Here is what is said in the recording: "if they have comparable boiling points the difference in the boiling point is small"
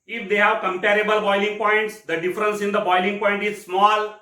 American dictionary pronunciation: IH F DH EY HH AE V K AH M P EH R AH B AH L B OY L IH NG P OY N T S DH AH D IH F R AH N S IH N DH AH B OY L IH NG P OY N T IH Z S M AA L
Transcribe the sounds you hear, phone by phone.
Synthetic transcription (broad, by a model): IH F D EY HH AE V K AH M P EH R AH B AH L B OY L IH NG P OY N T S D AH D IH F R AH N S IH N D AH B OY L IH NG P OY N T IH Z S M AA L